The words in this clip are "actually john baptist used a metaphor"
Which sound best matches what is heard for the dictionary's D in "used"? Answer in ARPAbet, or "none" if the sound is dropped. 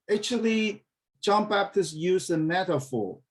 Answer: none